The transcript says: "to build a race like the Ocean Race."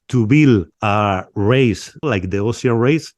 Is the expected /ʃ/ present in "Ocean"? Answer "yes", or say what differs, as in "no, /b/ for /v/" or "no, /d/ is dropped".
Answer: no, /s/ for /ʃ/